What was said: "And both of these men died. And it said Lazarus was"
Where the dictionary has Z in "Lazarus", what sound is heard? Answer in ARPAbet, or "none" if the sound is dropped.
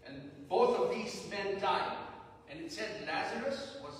Z